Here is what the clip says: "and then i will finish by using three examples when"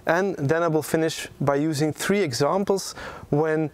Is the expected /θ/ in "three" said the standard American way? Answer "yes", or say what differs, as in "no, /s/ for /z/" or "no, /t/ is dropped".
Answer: yes